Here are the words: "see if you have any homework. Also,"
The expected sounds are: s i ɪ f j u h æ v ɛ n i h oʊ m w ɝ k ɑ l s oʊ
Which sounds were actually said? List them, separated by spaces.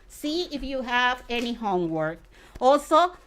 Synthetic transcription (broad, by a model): s i ɪ f j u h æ v ɛ n i h oʊ m w ɝ k ɑ l s oʊ